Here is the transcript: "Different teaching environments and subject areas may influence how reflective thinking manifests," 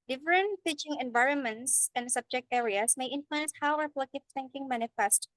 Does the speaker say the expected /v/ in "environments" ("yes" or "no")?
yes